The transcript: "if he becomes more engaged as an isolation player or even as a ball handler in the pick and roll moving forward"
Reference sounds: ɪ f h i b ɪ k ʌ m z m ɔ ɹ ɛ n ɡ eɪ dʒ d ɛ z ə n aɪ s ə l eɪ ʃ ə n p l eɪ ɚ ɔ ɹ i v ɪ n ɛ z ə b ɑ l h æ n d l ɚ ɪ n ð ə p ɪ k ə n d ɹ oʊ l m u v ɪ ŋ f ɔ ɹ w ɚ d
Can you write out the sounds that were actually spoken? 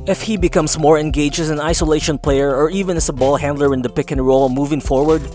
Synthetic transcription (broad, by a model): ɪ f h i b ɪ k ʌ m s m ɔ ɹ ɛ n ɡ eɪ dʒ ɛ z ə n aɪ s ə l eɪ ʃ ə n p l eɪ ɚ ɔ ɹ i v ɪ n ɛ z ə b ɑ l h æ n d l ɚ ɪ n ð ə p ɪ k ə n ɹ oʊ l m u v ɪ ŋ f ɔ ɹ w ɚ d